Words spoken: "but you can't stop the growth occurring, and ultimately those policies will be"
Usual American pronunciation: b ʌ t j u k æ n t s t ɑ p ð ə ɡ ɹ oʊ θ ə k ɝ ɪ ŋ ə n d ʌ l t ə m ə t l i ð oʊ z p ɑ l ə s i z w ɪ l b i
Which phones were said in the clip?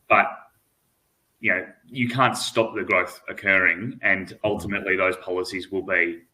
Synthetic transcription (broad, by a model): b ʌ t j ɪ k æ n t s t ɑ p ð ə ɡ ɹ oʊ θ ə k ɝ ɪ ŋ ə n ʌ l t ə m ə t l i ð oʊ z p ɑ l ə s i z w ɪ l b i